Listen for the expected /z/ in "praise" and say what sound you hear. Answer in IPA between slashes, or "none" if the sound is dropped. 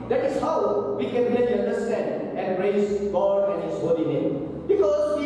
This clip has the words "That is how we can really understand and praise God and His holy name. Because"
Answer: /s/